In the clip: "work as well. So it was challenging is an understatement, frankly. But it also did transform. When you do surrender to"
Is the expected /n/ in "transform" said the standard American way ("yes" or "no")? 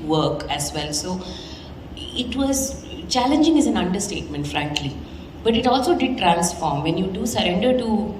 no